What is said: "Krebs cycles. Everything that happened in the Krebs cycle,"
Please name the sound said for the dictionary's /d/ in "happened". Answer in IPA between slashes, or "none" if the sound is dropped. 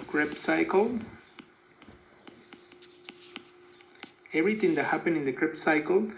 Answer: none